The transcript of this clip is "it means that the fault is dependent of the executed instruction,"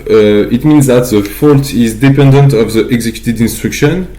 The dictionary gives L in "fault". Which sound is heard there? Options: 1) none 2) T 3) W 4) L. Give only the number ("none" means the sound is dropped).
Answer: 4